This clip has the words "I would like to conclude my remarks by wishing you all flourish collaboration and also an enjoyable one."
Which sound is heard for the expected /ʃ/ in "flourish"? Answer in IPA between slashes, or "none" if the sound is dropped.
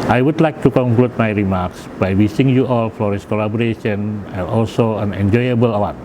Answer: /s/